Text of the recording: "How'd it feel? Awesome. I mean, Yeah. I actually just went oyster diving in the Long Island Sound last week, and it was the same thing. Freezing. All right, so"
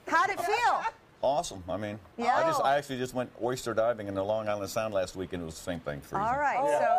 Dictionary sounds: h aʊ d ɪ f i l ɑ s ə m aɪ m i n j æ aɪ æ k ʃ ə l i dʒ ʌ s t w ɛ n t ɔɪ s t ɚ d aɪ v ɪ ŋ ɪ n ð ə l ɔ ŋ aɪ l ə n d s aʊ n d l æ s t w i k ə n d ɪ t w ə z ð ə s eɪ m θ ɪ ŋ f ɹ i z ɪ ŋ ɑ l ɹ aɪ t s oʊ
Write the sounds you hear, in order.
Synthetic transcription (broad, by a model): h aʊ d ɪ f i l ɑ s ə m aɪ m i n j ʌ aɪ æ k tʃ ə l i dʒ ʌ s t w ɛ n t ɔɪ s t ɚ d aɪ v ɪ ŋ ɪ n ð ə l ɔ ŋ aɪ l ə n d s aʊ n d l æ s t w i k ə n ɪ t w ə z ð ə s eɪ m θ ɪ ŋ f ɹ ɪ ɑ l ɹ aɪ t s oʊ